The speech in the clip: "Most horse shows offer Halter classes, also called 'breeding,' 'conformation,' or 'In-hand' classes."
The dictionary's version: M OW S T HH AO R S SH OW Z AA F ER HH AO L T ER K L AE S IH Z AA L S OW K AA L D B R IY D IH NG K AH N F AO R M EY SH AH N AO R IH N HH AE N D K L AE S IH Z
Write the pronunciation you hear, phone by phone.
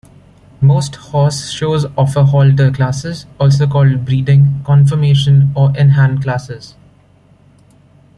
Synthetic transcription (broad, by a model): M OW S T HH AO S SH OW Z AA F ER HH AO L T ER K L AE S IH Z AA L S OW K AA L D B R IY D IH NG K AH N F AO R M EY SH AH N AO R IH N HH AE N D K L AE S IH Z